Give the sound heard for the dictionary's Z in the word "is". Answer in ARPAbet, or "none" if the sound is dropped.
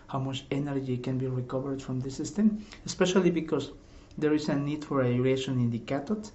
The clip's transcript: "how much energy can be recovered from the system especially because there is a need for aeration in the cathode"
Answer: S